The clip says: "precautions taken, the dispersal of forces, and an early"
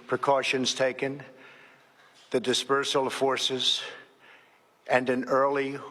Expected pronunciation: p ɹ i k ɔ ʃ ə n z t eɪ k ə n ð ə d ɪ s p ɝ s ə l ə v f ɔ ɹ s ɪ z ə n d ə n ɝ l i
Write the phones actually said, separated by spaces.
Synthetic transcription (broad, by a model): p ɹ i k ɔ ʃ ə n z t eɪ k ə n ð ə d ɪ s p ɝ s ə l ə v f ɔ ɹ s ɪ z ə n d ə n ɝ l i